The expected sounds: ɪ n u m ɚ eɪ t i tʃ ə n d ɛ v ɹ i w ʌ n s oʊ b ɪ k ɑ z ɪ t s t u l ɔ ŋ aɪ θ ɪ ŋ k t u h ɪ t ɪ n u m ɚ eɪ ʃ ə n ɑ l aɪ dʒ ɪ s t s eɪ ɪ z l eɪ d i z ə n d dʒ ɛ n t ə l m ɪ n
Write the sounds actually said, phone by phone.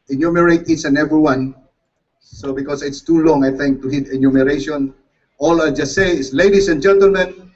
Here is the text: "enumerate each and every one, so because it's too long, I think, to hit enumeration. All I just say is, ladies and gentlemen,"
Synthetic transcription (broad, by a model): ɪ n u m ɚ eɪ t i s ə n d ɛ v ɹ i w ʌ n s oʊ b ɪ k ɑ s ɪ t s t u l ɔ ŋ aɪ θ ɪ ŋ k t u h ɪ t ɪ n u m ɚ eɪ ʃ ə n ɑ l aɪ dʒ ɪ s t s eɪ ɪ s l eɪ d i s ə n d dʒ ɛ n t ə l m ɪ n